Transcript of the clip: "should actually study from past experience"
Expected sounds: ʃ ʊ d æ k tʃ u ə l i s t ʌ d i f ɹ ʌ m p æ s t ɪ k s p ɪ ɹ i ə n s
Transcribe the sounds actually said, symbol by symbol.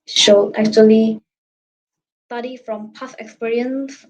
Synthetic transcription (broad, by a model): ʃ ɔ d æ k tʃ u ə l i s t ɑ d i f ɹ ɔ m p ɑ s ɪ k s p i ɹ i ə n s